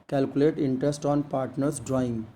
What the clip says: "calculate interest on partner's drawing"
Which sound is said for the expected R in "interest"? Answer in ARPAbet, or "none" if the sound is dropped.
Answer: R